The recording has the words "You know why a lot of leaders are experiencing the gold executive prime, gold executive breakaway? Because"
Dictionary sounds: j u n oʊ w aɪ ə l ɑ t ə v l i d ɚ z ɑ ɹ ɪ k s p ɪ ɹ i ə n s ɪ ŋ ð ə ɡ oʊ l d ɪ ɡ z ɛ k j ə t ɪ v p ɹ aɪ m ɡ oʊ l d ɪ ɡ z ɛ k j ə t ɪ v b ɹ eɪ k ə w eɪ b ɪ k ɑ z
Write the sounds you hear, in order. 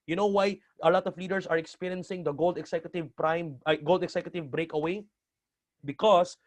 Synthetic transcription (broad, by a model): j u n oʊ w aɪ ə l ɑ t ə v l i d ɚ s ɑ ɹ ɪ k s p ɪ ɹ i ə n s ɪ ŋ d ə ɡ oʊ l d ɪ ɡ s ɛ k j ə t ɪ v p ɹ aɪ m ɡ oʊ l d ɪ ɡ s ɛ k j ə t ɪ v b ɹ eɪ k ə w eɪ b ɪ k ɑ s